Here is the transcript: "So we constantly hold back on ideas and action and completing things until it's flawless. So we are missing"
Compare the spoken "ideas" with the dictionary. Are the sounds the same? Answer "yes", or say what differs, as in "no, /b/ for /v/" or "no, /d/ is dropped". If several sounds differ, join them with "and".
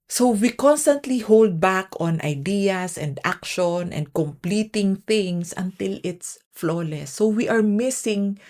no, /s/ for /z/